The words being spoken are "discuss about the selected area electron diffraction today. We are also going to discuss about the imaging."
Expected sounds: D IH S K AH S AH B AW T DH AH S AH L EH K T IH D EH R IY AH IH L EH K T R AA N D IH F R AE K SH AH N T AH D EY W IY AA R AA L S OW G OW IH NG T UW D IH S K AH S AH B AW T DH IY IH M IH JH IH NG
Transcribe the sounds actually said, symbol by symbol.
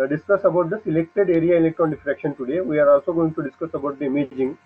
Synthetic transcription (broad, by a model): D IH S K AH S AH B AW T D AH S AH L EH K T IH D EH R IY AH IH L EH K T AA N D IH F R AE K SH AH N T AH D EY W IY AA R AA L S OW G OW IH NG T UW D IH S K AH S AH B AW T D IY M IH JH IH NG